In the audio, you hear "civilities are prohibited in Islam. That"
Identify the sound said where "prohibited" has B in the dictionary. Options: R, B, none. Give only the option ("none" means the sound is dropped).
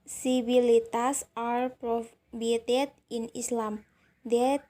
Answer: none